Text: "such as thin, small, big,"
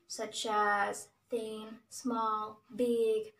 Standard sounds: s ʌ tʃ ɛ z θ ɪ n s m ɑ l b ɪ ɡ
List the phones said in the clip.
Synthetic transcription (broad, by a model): s ʌ tʃ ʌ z θ ɪ n s m ɑ l b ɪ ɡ